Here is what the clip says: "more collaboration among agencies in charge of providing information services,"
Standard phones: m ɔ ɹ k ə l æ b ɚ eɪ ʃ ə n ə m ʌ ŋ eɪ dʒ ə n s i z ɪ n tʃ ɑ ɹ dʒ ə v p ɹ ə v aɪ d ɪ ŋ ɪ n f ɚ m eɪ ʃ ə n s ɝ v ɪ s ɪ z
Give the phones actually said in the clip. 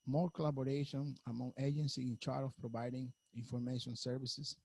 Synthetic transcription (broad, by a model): m ɔ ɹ k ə l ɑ b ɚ eɪ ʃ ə n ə m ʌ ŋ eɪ dʒ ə n s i ɪ n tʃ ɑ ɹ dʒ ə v p ɹ ə v aɪ d ɪ ŋ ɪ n f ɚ m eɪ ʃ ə n s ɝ v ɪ s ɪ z